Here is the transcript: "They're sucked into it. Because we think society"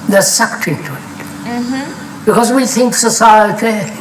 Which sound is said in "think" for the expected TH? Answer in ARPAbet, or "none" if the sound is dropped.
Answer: TH